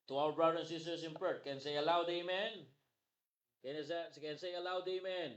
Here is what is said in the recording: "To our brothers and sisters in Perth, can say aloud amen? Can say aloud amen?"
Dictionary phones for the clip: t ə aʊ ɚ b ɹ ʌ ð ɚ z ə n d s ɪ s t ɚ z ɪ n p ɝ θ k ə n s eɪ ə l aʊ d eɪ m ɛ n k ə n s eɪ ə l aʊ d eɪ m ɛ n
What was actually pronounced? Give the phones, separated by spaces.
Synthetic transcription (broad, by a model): t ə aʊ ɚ b ɹ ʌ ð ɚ ə n s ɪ s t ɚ s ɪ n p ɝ k ə n s eɪ ə l aʊ d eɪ m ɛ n k ə n s eɪ ə l aʊ d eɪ m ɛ n